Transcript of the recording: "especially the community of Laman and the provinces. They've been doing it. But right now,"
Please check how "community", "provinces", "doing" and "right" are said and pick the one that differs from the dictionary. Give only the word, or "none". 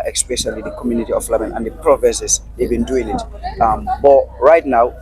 provinces